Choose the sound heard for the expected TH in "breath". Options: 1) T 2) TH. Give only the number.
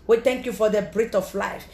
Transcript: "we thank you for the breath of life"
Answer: 1